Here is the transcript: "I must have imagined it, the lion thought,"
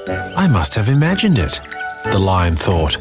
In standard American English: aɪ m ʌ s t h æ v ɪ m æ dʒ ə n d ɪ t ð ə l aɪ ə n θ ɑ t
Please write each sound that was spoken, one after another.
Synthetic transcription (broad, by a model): aɪ m ʌ s t h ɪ v ɪ m æ dʒ ə n d ɪ t ð ə l aɪ ə n θ ɑ t